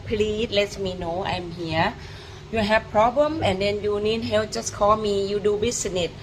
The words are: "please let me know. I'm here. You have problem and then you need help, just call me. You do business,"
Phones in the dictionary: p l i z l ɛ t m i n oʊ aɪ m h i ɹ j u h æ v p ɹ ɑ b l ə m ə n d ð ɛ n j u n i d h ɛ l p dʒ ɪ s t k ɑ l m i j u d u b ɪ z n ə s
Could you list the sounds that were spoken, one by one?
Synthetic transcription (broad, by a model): p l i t l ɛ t m i n oʊ aɪ m h i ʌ j u h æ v p ɹ ɑ b l ə m ə n d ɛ n j u n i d h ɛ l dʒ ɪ s k ɑ l m i j u d u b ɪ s n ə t